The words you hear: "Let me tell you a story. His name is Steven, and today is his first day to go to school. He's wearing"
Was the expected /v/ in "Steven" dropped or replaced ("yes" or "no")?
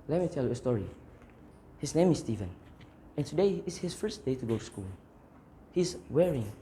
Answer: no